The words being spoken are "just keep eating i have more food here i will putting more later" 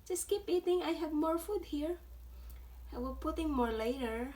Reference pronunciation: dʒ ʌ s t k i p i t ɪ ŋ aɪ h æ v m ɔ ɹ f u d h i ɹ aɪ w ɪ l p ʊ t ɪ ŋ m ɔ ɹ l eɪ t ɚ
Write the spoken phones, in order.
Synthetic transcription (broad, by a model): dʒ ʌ s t k i p i t ɪ ŋ aɪ h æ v m ɔ ɹ f u d h i ɹ aɪ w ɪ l p ʊ t ɪ ŋ m ɔ ɹ l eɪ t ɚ